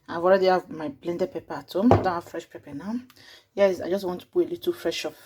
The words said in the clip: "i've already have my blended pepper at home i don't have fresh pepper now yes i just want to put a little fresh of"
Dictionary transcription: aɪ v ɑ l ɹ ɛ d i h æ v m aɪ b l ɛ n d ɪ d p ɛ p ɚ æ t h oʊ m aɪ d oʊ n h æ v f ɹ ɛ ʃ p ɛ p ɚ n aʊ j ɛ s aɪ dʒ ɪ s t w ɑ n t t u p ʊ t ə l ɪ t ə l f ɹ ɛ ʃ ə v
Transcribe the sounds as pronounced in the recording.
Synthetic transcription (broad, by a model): aɪ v ɑ l ɹ ɛ d i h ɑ v m aɪ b l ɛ n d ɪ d p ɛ p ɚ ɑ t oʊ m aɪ d oʊ n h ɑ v f ɹ ɛ ʃ p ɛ p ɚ n aʊ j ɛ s aɪ dʒ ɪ s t w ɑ n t t u b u ə l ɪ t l f ɹ ɛ ʃ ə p